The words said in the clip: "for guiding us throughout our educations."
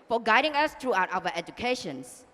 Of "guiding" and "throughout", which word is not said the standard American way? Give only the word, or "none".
throughout